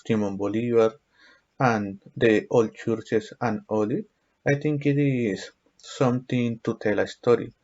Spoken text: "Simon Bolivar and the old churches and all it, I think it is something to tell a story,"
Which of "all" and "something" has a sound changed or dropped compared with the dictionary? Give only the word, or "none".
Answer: something